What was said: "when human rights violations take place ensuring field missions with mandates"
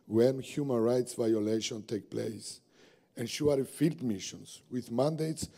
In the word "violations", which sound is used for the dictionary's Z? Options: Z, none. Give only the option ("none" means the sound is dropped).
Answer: none